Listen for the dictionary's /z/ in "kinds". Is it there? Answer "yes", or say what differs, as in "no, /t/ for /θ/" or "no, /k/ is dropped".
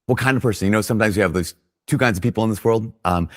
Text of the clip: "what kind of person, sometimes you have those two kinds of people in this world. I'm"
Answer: yes